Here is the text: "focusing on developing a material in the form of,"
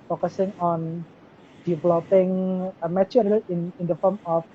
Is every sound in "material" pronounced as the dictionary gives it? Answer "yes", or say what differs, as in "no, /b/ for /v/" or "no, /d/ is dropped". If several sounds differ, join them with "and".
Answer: no, /n/ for /l/